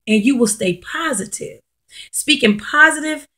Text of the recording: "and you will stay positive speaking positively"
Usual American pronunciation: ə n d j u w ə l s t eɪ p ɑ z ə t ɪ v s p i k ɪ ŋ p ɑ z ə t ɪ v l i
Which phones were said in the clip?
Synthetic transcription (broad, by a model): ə n j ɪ w ə l s t eɪ p ɑ z ə t ɪ v s p i k ɪ ŋ p ɑ z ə t ɪ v